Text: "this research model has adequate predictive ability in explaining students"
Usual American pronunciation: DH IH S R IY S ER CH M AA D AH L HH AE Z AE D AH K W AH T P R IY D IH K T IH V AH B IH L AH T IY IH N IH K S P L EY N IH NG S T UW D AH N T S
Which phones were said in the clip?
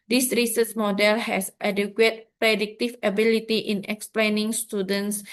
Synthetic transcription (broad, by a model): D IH S R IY S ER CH M AA D AH L HH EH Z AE D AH K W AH T P R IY D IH K T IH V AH B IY L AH T IY IH N IH K S P L EY N IH NG S T UW D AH N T S